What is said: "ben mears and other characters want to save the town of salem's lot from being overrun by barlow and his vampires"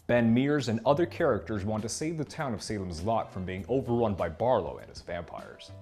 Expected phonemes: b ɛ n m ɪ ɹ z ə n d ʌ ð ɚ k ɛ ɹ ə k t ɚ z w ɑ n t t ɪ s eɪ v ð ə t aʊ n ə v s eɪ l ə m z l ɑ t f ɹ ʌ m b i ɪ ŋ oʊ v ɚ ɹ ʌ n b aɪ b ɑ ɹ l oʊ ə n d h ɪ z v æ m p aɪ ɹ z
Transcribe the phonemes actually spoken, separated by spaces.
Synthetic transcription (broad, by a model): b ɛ n m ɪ ɹ z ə n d ʌ ð ɚ k ɛ ɹ ə k t ɚ z w ɑ n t t ɪ s eɪ v ð ə t aʊ n ə v s eɪ l ə m z l ɑ t f ɹ ʌ m b i ɪ ŋ oʊ v ɚ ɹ ʌ n b aɪ b ɑ ɹ l oʊ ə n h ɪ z v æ m p aɪ ɹ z